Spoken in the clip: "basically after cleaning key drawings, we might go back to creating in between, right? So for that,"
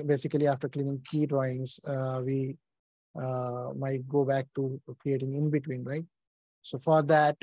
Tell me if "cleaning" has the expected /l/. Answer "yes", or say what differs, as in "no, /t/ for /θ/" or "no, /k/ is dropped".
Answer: yes